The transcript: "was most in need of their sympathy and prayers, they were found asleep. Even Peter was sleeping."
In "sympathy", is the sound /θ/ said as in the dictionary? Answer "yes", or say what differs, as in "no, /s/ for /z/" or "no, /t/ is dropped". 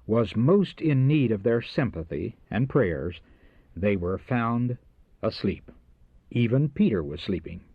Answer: yes